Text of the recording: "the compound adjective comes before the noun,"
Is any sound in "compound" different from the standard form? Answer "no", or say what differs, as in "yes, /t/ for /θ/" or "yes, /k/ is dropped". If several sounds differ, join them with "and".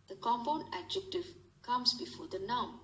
yes, /d/ is dropped